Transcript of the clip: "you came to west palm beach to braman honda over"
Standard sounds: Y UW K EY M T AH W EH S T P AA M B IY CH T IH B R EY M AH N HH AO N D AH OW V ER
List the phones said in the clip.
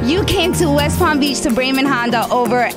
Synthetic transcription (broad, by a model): Y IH K EY M T AH W EH S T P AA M B IY CH T IH B R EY M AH N HH AO N D AH OW V ER